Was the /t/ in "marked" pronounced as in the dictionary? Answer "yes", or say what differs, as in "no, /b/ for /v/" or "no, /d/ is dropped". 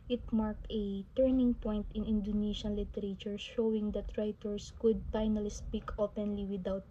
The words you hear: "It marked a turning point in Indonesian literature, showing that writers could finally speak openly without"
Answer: yes